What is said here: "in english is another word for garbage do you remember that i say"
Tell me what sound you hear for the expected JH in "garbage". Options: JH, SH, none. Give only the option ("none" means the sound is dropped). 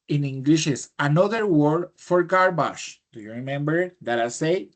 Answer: SH